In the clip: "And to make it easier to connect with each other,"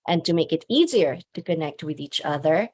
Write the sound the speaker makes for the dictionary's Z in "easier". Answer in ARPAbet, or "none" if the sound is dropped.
Z